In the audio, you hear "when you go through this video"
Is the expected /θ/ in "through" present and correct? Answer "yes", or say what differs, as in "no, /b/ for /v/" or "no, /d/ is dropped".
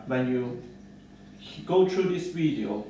no, /t/ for /θ/